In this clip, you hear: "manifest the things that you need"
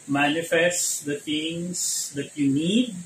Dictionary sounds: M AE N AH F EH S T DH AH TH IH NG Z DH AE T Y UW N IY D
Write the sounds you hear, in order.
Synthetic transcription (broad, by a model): M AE N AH F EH S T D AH T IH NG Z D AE T Y UW N IY D